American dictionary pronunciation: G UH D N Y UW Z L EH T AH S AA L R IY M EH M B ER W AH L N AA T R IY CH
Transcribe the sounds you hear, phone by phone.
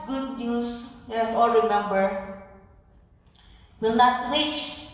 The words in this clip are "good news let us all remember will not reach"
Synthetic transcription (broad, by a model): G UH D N Y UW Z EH AH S AA L R IY M EH M B ER W AH L N AA T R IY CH